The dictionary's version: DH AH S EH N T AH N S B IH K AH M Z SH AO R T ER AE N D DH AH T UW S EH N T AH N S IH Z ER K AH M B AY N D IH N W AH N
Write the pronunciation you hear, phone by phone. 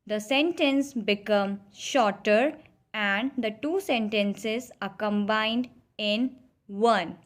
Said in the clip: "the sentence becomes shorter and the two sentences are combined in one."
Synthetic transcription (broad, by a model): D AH S EH N T AH N S B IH K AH M SH AO R T ER AE N D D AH T UW S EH N T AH N S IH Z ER K AH M B AY N D IH N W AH N